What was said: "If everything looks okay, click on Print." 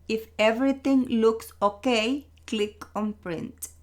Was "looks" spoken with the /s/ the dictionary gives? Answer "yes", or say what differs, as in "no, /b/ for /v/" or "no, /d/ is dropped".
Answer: yes